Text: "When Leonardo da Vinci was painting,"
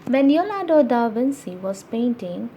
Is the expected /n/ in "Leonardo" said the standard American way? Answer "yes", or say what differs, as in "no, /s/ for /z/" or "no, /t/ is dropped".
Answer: no, /l/ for /n/